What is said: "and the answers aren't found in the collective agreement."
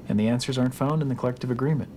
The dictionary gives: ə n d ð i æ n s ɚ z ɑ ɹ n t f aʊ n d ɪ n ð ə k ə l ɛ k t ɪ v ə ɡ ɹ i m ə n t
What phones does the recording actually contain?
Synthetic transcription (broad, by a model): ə n ð i æ n s ɚ z ɑ ɹ n t f aʊ n d ɪ n ð ə k ə l ɛ k t ɪ v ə ɡ ɹ i m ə n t